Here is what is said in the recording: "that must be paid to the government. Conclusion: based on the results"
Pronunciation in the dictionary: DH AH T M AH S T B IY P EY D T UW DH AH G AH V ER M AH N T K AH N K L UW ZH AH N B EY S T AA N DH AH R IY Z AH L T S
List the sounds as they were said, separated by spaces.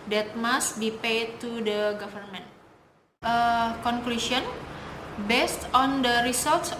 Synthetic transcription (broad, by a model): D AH T M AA S T B IY P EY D T UW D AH G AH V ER M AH N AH K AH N K L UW SH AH N B EY S T AA N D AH R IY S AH L T S